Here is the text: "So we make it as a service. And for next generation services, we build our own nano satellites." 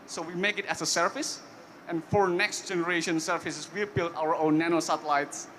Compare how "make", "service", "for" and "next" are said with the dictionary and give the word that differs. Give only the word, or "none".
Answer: service